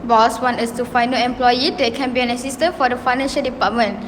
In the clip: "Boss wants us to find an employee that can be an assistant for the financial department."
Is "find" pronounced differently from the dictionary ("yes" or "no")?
yes